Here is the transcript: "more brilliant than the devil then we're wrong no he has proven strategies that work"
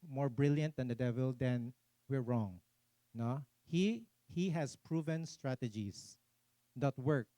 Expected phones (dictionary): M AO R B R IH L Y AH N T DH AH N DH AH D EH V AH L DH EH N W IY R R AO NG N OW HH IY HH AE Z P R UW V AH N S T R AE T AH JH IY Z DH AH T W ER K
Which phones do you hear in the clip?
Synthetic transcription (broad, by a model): M AO R B R IH L Y AH N T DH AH N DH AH D EH V AH L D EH N W IY R R AO NG N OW HH IY HH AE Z P R UW V AH N S T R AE T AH JH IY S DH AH T W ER K